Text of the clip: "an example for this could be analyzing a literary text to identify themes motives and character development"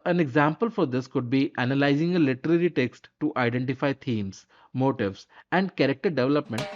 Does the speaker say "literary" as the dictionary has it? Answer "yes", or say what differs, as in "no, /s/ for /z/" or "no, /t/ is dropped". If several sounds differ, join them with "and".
yes